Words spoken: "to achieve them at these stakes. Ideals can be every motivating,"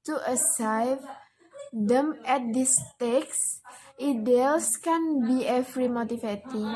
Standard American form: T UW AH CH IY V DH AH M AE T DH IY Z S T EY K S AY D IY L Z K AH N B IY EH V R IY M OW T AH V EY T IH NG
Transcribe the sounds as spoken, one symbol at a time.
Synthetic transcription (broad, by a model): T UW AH S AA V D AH M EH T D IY S T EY K S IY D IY L S K AH N B IY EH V R IY M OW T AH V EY T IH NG